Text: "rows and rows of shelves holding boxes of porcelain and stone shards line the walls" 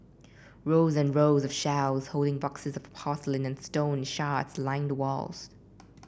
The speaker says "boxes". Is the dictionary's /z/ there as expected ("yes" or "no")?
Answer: yes